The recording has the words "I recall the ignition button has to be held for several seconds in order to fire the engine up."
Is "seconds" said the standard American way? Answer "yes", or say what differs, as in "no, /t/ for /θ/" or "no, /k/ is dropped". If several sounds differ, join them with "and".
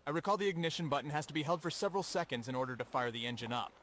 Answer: yes